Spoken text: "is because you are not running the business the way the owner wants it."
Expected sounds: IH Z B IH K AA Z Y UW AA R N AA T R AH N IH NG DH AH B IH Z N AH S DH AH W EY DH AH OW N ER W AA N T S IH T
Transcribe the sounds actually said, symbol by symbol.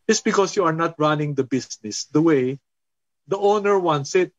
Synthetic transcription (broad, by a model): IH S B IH K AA S Y UW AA R N AA T R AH N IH NG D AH B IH S N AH S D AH W EY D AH OW N ER W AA N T S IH T